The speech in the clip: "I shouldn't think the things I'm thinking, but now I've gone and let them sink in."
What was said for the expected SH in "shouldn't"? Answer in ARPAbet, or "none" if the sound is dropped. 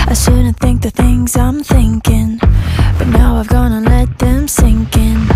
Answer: S